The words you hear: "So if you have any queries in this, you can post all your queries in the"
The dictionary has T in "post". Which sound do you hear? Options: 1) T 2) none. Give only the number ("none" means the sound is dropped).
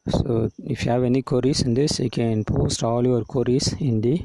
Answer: 1